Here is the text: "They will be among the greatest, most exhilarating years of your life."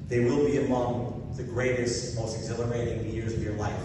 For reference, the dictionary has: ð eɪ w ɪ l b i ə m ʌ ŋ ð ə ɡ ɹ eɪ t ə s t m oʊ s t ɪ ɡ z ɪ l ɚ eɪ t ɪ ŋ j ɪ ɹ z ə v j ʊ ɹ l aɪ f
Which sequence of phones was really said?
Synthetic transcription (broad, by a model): ð eɪ w ɪ l b i ə m ʌ ŋ ð ə ɡ ɹ eɪ t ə s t m oʊ s t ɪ ɡ z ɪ l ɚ eɪ t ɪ ŋ j ɪ ɹ z ə v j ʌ ɹ l aɪ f